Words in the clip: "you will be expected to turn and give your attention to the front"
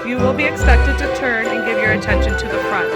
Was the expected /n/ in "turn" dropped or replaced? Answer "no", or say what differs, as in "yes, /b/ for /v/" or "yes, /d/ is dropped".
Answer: no